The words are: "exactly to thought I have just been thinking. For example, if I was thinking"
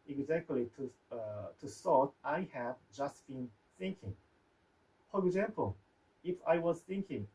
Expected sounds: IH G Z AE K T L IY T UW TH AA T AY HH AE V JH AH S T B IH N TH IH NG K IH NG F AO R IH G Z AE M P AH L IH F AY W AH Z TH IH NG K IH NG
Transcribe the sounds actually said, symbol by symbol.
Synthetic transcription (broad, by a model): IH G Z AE K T L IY T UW S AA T AY HH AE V JH AH S T B IH N TH IH NG K IH NG F AO R IH G Z AE M P AH L IH F AY W AH Z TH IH NG K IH NG